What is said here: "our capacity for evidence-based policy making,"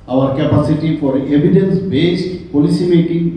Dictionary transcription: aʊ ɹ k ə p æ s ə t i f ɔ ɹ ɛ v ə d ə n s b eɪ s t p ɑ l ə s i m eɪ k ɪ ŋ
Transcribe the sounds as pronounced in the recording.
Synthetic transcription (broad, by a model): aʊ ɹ k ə p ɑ s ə t i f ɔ ɹ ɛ b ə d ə n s b eɪ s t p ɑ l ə s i m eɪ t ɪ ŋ